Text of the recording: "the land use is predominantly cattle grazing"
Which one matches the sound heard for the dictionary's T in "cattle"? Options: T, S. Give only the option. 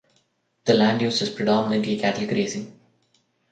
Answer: T